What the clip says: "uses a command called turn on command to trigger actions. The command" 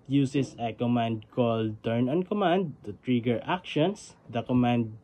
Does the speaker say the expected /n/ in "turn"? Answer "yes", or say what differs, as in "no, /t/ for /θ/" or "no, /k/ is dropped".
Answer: yes